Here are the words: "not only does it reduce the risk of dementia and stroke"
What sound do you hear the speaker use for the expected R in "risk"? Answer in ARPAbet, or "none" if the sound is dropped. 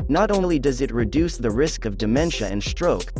R